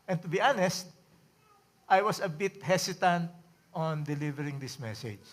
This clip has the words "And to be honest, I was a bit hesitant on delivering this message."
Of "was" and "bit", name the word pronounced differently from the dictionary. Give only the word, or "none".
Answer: was